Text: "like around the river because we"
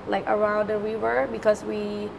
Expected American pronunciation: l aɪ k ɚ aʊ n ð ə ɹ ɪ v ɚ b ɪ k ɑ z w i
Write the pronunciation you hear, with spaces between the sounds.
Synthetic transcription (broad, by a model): l aɪ k ɚ aʊ n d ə w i w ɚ b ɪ k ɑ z w i